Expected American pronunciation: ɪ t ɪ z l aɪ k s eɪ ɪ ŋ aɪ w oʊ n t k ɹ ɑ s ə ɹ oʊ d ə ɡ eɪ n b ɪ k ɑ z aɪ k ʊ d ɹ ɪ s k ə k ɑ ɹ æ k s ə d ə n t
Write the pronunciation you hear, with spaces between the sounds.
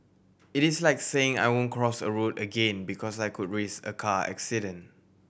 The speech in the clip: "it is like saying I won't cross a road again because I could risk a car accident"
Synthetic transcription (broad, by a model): ɪ t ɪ s l aɪ k s eɪ ɪ ŋ aɪ w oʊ n k ɹ ɑ s ə ɹ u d ə ɡ eɪ n b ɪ k ɑ s aɪ k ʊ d ɹ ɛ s ə k ɑ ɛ k s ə d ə n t